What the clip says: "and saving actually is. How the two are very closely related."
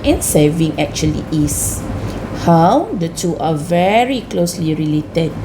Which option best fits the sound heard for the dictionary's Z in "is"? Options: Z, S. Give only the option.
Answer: S